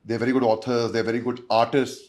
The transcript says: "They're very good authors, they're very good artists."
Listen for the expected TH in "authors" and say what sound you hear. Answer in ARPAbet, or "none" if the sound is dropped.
T